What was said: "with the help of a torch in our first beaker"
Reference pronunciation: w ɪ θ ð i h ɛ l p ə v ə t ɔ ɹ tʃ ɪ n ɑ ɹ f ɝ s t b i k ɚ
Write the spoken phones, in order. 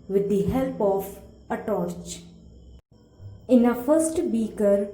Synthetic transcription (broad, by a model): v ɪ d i h ɛ l p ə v ə t ɔ ɹ tʃ ɪ n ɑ f ɝ s t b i k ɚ